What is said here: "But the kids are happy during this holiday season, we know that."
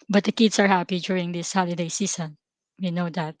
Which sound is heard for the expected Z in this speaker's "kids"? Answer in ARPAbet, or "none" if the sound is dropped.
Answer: S